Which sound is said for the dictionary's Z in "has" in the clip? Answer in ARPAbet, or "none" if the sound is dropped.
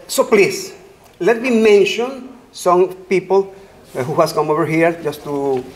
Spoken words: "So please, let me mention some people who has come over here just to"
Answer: S